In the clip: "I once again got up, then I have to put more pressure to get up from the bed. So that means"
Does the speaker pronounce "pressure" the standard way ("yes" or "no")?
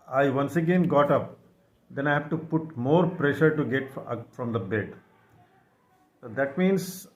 yes